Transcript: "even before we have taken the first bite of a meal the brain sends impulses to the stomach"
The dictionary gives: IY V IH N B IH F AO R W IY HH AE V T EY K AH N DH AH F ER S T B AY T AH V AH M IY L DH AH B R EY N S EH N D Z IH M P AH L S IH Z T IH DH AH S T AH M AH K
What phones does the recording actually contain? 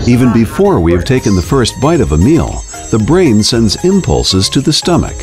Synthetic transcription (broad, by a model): IY V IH N B IH F AO R W IY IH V T EY K AH N DH AH F ER S T B AY T AH V AH M IY L DH AH B R EY N S EH N D Z IH M P AH L S IH Z T IH DH AH S T AH M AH K